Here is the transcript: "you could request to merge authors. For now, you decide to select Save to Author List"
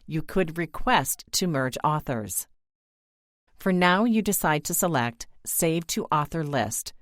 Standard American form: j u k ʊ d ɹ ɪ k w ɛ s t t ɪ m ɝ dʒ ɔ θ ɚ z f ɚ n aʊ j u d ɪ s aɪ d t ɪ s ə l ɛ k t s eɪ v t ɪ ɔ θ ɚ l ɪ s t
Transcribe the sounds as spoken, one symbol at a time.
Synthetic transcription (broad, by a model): j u k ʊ d ɹ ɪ k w ɛ s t t ɪ m ɝ dʒ ɔ θ ɚ z f ɚ n aʊ j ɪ d ɪ s aɪ d t ɪ s ə l ɛ k t s eɪ v t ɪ ɔ θ ɚ l ɪ s t